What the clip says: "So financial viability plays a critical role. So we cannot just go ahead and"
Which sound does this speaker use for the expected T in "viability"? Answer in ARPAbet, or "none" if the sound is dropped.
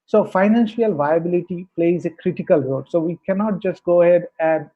T